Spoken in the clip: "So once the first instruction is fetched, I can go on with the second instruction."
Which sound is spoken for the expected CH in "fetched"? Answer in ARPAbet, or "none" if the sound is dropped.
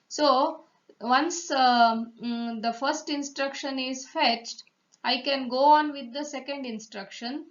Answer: CH